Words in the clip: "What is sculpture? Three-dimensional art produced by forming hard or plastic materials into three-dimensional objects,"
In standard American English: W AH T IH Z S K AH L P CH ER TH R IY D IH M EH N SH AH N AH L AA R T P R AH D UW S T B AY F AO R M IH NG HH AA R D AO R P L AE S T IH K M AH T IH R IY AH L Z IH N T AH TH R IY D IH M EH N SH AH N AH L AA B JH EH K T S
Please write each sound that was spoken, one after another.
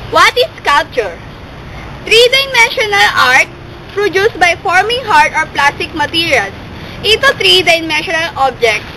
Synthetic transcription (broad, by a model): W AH T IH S K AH L P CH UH T R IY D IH M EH N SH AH N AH L AA R T P R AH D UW S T B AY F AO R M IH NG HH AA R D AO R P L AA S T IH K M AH T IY R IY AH L S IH T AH T R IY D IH M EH N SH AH N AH L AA B JH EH K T